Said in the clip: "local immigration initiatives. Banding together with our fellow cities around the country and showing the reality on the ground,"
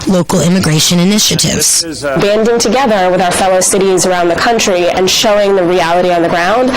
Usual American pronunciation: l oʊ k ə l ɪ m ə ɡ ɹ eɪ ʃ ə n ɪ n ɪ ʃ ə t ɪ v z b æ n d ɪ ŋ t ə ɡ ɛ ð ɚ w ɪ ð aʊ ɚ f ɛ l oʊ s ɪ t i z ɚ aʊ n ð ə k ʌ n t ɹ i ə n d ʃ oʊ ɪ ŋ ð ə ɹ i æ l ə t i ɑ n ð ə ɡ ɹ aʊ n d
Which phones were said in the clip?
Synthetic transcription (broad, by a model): l oʊ k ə l ɪ m ə ɡ ɹ eɪ ʃ ə n ɪ n ɪ ʃ ə t ɪ v z b æ n d ɪ ŋ t ə ɡ ɛ ð ɚ w ɪ ð aʊ ɚ f ɛ l oʊ s ɪ t i z ɚ aʊ n ð ə k ʌ n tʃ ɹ i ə n ʃ oʊ ɪ ŋ ð ə ɹ i æ l ə t i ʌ n ð ə ɡ ɹ aʊ n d